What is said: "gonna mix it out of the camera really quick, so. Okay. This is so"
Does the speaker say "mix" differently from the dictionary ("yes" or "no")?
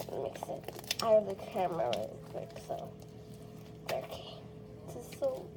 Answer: no